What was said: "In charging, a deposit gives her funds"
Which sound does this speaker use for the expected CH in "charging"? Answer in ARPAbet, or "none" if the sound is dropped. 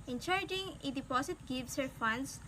CH